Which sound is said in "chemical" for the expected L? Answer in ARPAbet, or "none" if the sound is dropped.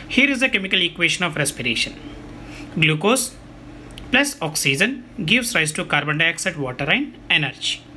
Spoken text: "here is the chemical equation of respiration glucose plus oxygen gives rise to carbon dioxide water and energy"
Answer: L